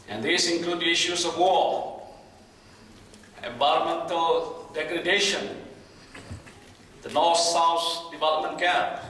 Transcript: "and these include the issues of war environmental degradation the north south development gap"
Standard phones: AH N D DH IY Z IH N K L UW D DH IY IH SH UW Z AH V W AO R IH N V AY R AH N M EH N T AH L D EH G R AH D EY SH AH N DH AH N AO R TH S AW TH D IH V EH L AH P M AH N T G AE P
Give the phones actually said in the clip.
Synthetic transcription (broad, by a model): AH N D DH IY S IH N K L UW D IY SH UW S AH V W AO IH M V AY R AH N M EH N T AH L D EH G R AH D EY SH AH N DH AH N AO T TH S AW S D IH V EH L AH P M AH N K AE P